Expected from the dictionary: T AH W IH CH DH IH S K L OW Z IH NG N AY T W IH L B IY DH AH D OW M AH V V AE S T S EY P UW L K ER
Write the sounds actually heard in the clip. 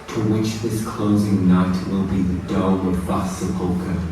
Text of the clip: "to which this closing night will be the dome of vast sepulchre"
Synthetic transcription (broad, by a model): T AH W IH CH DH IH S K L OW Z IH NG N AY T W IH L B IY DH AH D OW AH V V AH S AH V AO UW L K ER